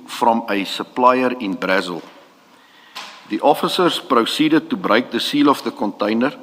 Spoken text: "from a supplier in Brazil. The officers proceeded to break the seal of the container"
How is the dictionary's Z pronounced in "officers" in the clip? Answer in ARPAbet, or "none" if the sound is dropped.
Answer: S